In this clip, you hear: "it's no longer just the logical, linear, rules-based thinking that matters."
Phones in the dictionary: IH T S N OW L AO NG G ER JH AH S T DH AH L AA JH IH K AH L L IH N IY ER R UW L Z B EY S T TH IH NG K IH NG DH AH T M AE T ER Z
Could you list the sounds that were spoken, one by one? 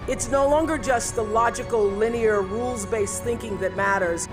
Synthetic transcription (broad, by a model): IH T S N OW L AO NG G ER JH AH S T DH AH L AA JH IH K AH L L IH N IY ER R UW L Z B EY S TH IH NG K IH NG DH AH T M AE T ER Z